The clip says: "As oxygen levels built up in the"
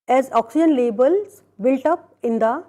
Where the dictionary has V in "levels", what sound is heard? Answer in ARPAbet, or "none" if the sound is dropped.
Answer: B